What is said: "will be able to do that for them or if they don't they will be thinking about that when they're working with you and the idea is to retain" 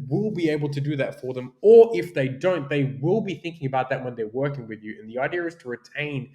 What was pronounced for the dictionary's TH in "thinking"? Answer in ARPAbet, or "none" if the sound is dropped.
TH